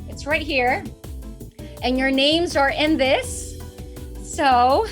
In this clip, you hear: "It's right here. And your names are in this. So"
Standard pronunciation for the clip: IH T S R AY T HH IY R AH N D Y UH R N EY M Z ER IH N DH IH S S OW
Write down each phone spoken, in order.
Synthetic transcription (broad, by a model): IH T S R AY T HH IY R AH N Y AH R N EY M Z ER IH N DH IH S S OW